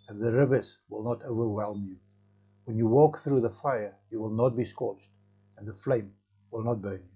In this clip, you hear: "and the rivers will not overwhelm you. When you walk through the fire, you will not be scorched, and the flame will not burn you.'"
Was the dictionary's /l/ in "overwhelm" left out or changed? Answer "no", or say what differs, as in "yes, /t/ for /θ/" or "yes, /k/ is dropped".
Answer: no